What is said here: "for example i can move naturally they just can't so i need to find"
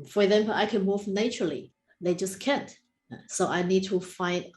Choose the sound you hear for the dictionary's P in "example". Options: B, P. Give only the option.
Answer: B